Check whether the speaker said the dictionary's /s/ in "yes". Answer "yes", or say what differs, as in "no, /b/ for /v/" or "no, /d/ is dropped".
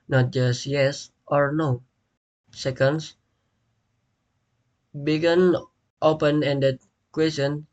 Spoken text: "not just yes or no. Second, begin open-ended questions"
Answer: yes